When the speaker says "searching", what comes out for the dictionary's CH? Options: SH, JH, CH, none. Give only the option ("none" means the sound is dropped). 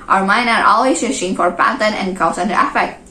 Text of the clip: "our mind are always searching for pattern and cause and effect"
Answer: SH